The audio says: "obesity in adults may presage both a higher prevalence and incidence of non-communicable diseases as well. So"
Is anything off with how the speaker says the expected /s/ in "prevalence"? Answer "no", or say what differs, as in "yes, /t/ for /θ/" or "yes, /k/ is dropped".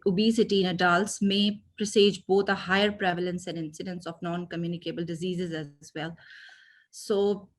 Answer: no